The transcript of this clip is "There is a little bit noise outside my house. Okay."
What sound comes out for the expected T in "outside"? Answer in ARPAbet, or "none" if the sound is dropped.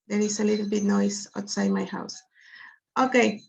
T